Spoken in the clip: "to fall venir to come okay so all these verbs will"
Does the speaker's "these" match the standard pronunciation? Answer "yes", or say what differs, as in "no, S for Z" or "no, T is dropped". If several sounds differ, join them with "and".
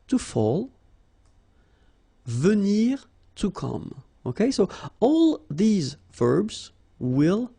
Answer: yes